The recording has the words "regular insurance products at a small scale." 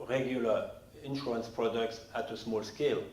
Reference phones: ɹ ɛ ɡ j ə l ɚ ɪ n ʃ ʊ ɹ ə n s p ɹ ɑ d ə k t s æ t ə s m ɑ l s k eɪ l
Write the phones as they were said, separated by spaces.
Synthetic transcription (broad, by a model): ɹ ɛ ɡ j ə l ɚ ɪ n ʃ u ə n s p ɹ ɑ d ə k t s æ t ə s m ɑ l s k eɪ l